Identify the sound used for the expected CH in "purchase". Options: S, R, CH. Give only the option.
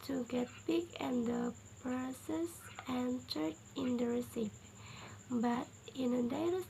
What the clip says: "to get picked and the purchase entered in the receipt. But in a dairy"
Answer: S